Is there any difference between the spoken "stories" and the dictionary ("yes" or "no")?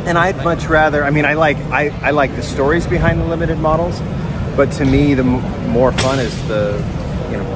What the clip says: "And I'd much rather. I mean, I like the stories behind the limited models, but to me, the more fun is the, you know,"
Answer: no